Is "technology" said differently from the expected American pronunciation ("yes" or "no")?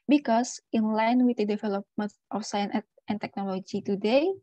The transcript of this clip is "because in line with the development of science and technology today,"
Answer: no